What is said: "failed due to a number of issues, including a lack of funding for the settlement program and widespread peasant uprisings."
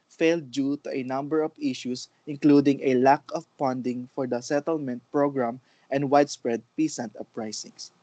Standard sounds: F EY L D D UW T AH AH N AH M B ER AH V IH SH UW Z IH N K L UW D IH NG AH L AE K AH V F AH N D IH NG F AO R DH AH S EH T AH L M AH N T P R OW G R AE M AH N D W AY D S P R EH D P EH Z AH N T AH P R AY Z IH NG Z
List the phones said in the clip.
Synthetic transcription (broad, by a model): F EY L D D UW T AH AH N AH M B ER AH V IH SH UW S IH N K L UW D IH NG AH L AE K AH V P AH N D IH NG F AO R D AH S EH T AH L M AH N T P R OW G R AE M AH N D W AY D S P R EH D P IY S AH N T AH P R AY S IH NG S